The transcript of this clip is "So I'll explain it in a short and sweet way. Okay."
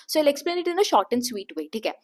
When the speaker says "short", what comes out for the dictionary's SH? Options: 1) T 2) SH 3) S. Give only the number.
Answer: 2